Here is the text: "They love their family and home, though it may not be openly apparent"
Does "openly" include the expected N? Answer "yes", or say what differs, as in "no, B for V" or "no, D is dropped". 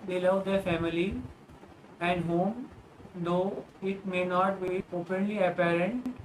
yes